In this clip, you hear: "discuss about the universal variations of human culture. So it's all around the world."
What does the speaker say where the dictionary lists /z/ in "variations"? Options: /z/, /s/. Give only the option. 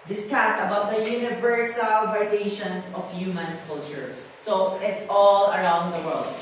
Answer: /s/